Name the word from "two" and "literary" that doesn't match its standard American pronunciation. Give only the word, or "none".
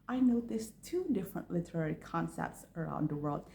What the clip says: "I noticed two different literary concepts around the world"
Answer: none